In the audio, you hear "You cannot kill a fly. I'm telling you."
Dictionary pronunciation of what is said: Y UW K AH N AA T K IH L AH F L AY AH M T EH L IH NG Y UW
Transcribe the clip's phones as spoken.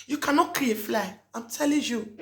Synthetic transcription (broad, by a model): Y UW K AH N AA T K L AH F L AY AH M T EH L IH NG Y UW